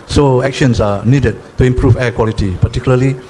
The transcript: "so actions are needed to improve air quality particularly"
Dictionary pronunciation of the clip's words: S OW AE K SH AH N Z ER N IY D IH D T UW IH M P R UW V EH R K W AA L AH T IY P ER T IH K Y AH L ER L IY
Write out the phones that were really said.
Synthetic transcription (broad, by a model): S OW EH K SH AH N S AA N IY D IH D T UW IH M P R UW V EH K W AA L AH T IY P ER T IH K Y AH L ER L IY